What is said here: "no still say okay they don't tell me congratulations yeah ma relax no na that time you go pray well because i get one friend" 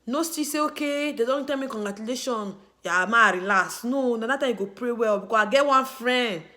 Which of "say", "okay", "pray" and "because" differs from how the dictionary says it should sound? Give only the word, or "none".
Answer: because